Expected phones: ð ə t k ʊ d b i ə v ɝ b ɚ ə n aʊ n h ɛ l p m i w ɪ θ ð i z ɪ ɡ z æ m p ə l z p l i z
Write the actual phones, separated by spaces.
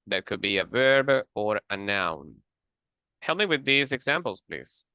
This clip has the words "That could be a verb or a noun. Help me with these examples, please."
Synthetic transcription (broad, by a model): ð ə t k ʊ d b i ə v ɝ b ɚ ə n aʊ n h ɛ l m i w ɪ ð i z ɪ ɡ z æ m p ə l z p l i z